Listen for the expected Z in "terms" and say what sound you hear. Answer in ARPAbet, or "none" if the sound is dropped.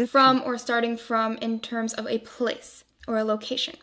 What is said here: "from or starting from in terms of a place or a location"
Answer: Z